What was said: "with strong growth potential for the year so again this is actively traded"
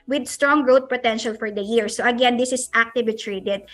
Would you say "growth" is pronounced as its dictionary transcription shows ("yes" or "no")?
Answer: no